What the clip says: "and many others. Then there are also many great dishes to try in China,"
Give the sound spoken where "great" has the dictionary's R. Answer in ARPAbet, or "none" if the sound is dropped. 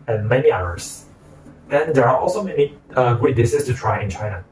none